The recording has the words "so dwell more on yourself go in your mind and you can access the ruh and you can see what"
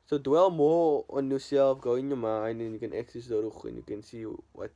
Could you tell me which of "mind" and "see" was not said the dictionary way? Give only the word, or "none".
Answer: mind